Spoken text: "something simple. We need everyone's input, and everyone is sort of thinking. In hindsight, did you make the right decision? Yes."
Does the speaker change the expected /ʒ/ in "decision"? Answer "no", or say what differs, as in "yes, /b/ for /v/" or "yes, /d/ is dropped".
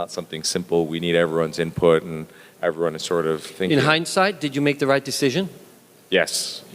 no